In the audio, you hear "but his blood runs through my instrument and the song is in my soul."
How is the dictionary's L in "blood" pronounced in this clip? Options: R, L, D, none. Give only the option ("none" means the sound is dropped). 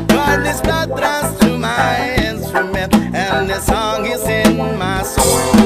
none